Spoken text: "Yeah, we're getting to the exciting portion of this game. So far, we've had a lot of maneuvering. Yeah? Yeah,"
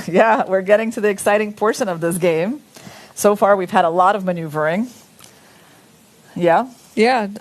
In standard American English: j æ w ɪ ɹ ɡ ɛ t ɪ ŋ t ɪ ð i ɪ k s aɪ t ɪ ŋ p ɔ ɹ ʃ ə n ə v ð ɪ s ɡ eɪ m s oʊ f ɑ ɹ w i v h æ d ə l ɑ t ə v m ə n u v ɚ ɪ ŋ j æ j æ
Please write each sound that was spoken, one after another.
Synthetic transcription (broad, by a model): j æ w ɪ ɹ ɡ ɛ t ɪ ŋ t ɪ ð i ɪ k s aɪ t ɪ ŋ p ɔ ɹ ʃ ə n ə v ð ɪ s ɡ eɪ m s oʊ f ɑ ɹ w i v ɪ d ə l ɑ t ə v m ə n u v ɚ ɪ ŋ j æ j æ